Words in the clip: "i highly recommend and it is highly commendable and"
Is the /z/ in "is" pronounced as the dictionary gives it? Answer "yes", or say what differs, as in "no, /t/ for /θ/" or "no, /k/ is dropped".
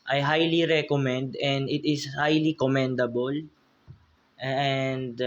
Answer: no, /s/ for /z/